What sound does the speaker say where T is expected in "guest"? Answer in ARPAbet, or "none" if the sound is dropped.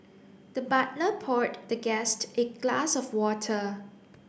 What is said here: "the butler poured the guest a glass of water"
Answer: T